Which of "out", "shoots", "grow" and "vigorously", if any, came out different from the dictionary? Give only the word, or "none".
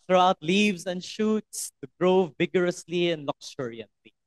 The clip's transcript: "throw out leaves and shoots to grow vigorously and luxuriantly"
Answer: none